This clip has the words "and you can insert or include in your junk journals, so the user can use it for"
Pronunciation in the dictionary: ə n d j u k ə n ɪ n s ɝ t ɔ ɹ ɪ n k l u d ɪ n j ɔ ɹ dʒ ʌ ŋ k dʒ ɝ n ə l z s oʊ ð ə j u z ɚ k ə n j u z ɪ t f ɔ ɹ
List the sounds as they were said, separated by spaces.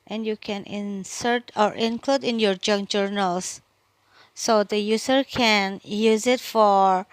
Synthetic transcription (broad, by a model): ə n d j u k ə n ɪ n s ɝ t ɔ ɹ ɪ n k l u d ɪ n j ɔ ɹ dʒ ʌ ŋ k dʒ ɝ n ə l s oʊ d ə j u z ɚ k ə n j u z ɪ t f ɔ ɹ